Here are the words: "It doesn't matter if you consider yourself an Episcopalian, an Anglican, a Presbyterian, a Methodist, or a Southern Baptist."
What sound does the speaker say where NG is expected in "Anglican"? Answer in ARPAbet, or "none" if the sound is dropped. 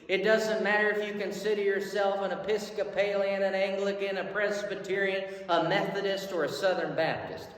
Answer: NG